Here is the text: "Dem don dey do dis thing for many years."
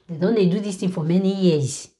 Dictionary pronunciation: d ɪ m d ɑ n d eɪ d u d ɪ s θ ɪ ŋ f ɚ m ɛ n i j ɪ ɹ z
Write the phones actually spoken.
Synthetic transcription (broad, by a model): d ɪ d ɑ n d eɪ d u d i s t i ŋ f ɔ m ɛ n i j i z